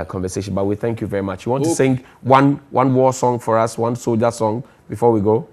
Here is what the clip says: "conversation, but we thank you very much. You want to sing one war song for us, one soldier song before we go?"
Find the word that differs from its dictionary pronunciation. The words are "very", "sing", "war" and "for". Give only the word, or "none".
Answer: war